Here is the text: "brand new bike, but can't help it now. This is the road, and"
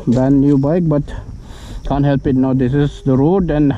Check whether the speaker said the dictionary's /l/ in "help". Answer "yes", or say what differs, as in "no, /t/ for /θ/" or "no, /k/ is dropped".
yes